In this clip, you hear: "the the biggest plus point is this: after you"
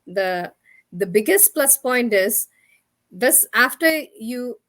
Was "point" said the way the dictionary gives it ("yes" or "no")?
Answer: yes